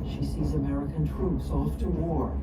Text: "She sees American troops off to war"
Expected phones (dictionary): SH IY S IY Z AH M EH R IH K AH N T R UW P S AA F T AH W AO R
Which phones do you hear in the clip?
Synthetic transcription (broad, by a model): SH IY S IY Z AH M EH R IH K AH N T R UW P S AA F T AH W AO R